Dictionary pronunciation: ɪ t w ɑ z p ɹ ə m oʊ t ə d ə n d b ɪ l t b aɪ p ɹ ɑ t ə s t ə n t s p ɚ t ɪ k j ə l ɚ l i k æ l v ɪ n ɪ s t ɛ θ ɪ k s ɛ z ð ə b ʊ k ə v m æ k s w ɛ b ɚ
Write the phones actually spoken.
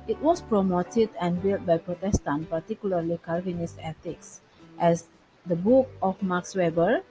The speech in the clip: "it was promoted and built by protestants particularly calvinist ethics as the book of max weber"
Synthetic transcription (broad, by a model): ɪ t w ɑ s p ɹ ə m oʊ t ə d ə n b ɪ l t b aɪ p ɹ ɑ t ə s t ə n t p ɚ t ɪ k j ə l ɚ l i k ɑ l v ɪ n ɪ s ɛ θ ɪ k s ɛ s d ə b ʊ k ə f m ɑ k s w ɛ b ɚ